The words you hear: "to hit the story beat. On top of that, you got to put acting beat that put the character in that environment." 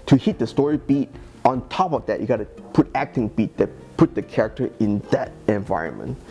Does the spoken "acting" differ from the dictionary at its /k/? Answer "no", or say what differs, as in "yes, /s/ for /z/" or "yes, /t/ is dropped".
no